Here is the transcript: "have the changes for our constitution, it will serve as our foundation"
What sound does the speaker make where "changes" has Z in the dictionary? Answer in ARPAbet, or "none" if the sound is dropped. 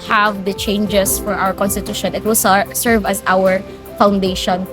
S